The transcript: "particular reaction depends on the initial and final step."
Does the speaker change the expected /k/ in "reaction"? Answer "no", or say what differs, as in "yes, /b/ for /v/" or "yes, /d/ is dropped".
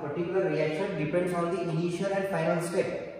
no